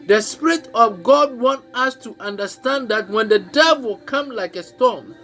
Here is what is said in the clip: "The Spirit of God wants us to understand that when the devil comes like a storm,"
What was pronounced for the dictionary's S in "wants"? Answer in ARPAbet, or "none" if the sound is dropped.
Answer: none